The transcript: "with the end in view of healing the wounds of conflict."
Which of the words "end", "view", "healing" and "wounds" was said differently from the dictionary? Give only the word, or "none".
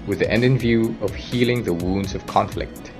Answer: none